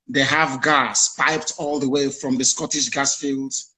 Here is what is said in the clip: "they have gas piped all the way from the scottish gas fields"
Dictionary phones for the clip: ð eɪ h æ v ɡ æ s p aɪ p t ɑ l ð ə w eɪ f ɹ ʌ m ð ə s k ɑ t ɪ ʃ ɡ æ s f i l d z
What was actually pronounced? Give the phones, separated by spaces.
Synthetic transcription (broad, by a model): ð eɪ h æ v ɡ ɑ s p aɪ p t ɑ l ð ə w eɪ f ɹ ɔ m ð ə s k ɑ t ɪ ʃ ɡ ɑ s f i l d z